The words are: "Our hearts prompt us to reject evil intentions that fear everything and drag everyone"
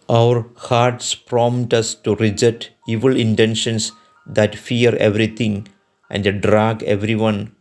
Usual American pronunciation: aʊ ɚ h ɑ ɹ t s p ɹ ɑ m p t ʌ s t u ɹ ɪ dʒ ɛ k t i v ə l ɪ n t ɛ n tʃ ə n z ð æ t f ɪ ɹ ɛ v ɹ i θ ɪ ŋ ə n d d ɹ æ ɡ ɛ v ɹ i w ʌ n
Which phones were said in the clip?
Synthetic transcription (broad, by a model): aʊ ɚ h ɑ ɹ t s p ɹ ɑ m t ʌ s t u ɹ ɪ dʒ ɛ t i v ə l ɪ n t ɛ n ʃ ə n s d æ t f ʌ ɹ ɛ v ɹ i t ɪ ŋ ə n d d ɹ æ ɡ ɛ v ɹ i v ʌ n